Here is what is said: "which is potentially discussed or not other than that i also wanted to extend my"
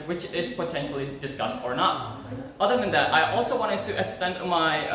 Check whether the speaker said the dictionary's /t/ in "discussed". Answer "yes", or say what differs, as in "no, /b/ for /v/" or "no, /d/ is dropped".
yes